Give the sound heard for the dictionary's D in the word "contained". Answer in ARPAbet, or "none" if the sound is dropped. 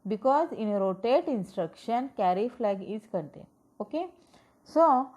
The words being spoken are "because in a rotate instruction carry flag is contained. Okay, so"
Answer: none